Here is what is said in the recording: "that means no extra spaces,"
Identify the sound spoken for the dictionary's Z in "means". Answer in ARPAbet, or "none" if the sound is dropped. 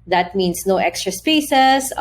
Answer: S